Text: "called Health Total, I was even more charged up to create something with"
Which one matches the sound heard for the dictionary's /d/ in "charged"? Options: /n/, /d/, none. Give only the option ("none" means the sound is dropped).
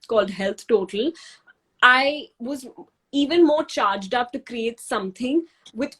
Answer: /d/